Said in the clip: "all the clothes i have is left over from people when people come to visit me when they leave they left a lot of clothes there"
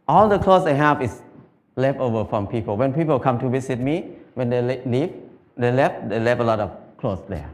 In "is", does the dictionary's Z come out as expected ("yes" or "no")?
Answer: no